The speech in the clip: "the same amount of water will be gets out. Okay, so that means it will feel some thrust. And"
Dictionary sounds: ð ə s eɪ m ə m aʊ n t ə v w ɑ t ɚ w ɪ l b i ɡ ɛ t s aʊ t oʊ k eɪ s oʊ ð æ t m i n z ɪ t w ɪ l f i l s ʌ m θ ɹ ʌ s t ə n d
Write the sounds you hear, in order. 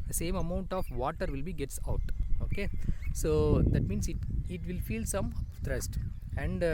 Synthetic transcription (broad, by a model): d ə s eɪ m ə m aʊ n t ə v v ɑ t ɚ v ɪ l b i ɡ ɛ t s aʊ t oʊ k eɪ s oʊ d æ t m i n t ɪ t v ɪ l f i l s ʌ m t ɹ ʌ s t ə n d